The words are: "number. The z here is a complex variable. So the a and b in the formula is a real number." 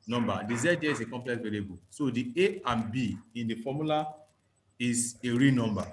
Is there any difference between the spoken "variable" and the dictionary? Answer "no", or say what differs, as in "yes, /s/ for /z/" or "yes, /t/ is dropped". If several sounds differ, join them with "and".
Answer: yes, /l/ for /ɹ/